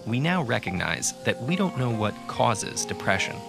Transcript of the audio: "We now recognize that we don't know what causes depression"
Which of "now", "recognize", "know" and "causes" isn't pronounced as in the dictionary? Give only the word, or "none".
none